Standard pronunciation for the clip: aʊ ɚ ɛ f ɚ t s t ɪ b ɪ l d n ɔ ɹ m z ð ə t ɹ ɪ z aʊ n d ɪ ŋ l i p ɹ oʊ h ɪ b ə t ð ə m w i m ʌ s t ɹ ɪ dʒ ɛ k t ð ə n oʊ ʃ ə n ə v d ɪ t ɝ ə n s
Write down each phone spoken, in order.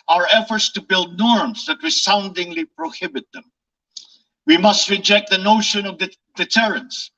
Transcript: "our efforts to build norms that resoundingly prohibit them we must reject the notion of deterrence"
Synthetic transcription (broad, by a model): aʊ ɚ ɛ f ɚ t s t ɪ b ɪ l d n ɔ ɹ m z ð ə t w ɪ s aʊ n d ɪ ŋ l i p ɹ oʊ h ɪ b ə t ð ə m w i m ʌ s t ɹ ɪ dʒ ɛ k t ð ə n oʊ ʃ ə n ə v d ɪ t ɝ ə n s